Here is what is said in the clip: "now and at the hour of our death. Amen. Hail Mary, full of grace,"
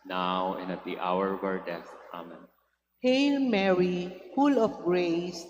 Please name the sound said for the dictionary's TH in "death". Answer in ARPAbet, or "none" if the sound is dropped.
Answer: S